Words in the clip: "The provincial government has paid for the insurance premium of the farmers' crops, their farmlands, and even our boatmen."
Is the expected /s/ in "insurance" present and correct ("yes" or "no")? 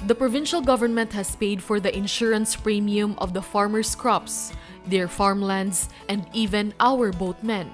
yes